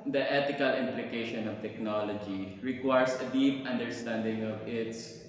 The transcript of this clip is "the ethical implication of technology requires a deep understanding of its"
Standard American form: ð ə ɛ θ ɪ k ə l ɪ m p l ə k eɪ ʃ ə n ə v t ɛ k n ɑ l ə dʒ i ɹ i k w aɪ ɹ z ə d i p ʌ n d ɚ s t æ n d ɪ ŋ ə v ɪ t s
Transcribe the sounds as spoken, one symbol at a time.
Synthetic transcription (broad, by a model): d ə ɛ t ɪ k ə l ɪ m p l ə k eɪ ʃ ə n ə v t ɛ k n ɑ l ə dʒ i ɹ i k w aɪ ɹ s ə d i p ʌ n d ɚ s t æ n d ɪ ŋ ə v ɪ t s